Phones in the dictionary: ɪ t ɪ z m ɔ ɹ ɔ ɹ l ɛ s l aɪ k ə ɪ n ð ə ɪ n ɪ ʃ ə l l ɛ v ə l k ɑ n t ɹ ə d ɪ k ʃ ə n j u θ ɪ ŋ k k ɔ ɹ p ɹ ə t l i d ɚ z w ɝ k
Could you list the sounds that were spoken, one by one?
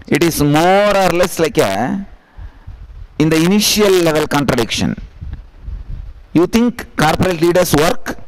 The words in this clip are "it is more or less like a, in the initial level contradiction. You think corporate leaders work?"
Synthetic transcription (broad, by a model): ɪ t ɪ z m ɔ ɹ ɔ ɹ l ɛ s l aɪ k ə ɪ n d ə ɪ n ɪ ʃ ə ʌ l ɛ v ə l k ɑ n t ɹ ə d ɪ k ʃ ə n j u t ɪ ŋ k k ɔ ɹ p ɹ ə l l i d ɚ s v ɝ k